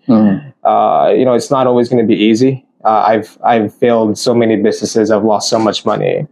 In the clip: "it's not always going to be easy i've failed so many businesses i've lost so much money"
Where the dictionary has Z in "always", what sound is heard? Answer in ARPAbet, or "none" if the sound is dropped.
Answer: Z